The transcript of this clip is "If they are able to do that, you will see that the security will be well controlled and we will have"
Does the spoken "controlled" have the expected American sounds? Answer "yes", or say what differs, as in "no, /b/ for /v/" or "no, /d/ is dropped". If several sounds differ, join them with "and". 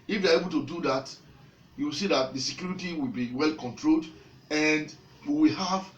yes